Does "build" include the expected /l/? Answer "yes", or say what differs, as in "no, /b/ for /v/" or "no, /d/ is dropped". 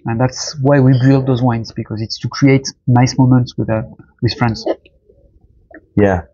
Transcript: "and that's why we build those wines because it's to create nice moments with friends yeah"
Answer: yes